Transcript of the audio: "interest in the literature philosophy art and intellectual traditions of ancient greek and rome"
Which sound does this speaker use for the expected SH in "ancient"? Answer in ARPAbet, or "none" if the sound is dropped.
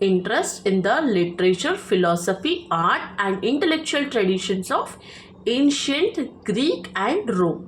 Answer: SH